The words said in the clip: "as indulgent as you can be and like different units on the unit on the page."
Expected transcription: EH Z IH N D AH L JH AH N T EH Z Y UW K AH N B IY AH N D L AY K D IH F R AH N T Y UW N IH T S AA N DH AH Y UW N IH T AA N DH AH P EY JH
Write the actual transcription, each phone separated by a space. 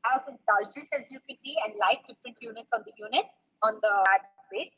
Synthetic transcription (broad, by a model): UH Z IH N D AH L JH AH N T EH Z Y UW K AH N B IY AH N D L AY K D IH F R AH N T Y UW N IH T S AA N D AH Y UW N IH T AA N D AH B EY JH